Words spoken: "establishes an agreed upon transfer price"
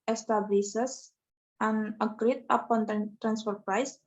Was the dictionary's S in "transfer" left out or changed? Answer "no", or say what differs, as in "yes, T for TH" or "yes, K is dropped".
no